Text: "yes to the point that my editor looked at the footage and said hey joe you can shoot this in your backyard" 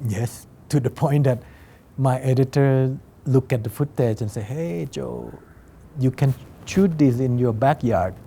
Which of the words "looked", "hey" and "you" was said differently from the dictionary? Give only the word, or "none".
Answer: looked